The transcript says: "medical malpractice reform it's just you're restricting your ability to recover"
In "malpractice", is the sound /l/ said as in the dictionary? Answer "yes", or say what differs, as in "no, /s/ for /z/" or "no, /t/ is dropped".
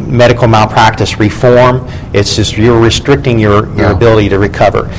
no, /l/ is dropped